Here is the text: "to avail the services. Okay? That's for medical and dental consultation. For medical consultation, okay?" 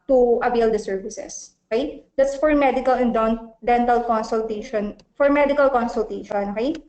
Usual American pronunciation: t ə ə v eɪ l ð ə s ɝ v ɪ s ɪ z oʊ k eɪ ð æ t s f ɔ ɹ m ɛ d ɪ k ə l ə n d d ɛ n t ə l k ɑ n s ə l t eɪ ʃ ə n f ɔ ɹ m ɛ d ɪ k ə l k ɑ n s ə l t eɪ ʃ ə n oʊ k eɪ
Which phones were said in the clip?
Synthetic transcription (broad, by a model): t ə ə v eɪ l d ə s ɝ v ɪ s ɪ s oʊ k eɪ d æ t s f ɔ ɹ m ɛ d ɪ k ə l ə n d d ɛ n t ə l k ɑ n s ə l t eɪ ʃ ə n f ɔ ɹ m ɛ d ɪ k ə l k ɑ n s ə l t eɪ ʃ ə n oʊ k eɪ